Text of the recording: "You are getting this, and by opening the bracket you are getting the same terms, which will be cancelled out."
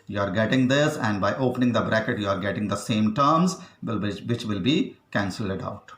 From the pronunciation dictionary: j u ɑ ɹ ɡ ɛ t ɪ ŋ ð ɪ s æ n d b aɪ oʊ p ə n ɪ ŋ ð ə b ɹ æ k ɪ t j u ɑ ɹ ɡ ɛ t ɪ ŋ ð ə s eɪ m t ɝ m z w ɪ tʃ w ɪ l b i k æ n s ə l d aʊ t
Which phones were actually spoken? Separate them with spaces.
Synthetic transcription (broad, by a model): j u ɑ ɹ ɡ ɛ t ɪ ŋ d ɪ s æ n d b aɪ oʊ p ə n ɪ ŋ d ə b ɹ æ k ɪ t j u ɑ ɹ ɡ ɛ t ɪ ŋ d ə s eɪ m t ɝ m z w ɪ tʃ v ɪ l b i k æ n s ə l d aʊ t